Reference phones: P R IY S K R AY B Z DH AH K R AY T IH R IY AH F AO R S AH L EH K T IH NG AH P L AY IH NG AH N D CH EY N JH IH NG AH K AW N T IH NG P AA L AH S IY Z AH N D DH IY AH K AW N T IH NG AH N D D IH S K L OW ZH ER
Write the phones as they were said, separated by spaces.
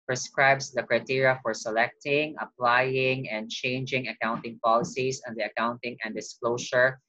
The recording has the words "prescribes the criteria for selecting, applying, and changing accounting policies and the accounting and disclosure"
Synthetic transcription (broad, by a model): P R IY S K R AY B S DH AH K R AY T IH R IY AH F AO R S AH L EH K T IH NG AH P L AY IH NG AH N D CH EY N JH IH NG AH K AW N T IH NG P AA L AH S IY S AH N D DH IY AH K AW N T IH NG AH N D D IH S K L OW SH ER